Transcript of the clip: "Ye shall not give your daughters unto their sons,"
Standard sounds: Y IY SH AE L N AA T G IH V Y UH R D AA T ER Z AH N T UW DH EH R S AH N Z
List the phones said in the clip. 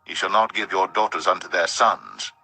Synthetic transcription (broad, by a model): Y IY SH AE L N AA T G IH V Y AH R D AA T ER Z AH N T UW DH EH R S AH N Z